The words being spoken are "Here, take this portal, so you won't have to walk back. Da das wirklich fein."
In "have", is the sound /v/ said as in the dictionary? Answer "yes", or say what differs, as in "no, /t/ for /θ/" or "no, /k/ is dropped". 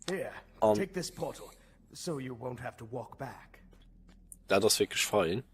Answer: no, /f/ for /v/